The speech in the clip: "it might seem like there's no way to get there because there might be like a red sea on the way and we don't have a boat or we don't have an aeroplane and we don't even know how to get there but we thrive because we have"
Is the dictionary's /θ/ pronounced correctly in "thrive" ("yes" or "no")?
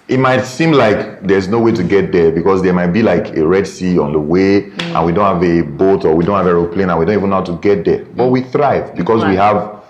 yes